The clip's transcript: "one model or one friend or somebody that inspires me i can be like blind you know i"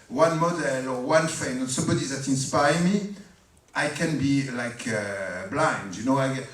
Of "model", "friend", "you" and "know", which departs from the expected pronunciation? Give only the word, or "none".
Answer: friend